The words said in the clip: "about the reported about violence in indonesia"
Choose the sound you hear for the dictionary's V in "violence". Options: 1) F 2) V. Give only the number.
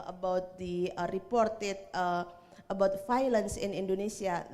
1